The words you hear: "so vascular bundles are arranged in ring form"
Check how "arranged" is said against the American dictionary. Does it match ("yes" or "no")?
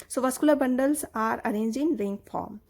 no